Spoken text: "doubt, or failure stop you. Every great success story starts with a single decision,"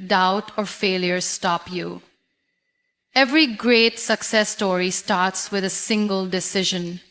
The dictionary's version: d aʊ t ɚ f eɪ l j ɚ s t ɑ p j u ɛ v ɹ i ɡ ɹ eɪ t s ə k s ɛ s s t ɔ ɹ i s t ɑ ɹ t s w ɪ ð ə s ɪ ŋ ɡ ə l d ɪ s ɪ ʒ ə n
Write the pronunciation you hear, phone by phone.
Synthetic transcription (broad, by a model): d aʊ t ɚ f eɪ l j ɚ s t ɑ p j u ɛ v ɹ i ɡ ɹ eɪ t s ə k s ɛ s s t ɔ ɹ i s t ɑ ɹ t s w ɪ ð ə s ɪ ŋ ɡ ə l d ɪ s ɪ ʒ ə n